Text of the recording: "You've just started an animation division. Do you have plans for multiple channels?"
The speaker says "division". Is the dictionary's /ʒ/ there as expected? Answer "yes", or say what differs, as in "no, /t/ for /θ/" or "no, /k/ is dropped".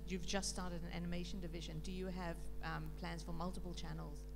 yes